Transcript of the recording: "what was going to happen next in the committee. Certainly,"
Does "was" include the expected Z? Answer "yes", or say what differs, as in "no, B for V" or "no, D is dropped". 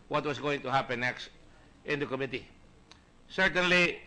no, S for Z